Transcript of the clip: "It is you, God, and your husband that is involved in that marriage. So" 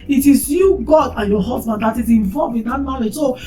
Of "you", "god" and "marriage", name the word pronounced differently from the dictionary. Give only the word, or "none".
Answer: marriage